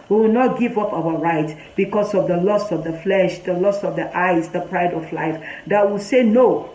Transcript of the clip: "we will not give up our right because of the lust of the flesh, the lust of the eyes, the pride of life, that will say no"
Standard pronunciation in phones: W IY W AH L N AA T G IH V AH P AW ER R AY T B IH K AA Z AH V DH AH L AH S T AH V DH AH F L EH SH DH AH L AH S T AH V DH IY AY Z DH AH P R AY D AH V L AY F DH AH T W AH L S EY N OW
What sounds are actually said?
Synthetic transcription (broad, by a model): W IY W AH L N AA T G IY V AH P AW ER R AY T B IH K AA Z AH V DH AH L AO S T AH V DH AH F L EH SH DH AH L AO S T AH V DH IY AY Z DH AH P R AY D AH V L AY F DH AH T W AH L S EY N OW